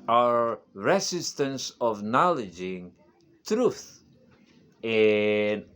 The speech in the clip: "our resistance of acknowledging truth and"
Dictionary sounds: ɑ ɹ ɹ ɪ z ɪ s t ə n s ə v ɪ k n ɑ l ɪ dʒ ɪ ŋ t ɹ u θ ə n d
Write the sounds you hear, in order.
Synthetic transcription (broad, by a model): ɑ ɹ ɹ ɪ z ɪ s t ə n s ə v n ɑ l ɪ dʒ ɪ ŋ t ɹ u θ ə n